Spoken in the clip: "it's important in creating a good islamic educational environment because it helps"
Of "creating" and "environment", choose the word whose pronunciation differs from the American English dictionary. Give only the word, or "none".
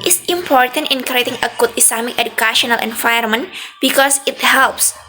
environment